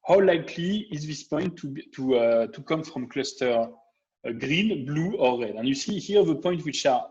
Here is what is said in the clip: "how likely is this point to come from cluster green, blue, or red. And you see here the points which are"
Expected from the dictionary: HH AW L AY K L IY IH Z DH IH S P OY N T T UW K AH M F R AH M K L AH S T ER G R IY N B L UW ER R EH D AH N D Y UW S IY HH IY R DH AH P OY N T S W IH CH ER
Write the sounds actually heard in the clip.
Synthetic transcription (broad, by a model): HH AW L AY K L IY IH Z DH IH S P OY N T T UW K AH M F R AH M K L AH S T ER G R IY N B L UW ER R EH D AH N Y UW S IY HH IY R DH AH P OY N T W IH CH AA